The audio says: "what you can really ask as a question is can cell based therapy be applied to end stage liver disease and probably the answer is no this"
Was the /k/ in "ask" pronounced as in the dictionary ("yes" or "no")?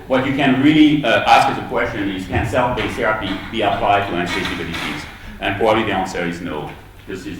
yes